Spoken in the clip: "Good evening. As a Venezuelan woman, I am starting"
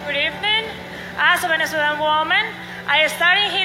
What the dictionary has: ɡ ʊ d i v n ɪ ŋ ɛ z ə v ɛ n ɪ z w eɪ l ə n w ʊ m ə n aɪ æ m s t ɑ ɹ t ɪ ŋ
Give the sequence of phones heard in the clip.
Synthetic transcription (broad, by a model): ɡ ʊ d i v n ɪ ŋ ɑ s ə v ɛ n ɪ s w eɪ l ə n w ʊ m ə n aɪ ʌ s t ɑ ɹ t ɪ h